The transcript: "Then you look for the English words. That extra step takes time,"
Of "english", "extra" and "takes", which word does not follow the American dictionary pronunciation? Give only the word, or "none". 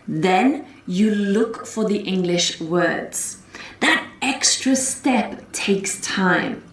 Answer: none